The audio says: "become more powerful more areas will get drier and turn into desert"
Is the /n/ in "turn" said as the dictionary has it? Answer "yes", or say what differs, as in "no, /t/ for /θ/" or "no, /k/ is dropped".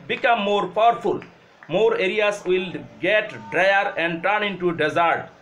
yes